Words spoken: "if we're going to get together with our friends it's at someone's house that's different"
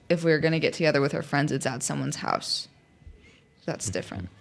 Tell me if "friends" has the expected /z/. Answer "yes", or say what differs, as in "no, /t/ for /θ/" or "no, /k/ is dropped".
yes